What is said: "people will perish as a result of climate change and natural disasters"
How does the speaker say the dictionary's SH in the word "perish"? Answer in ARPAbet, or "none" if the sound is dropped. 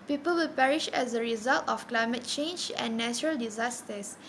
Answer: SH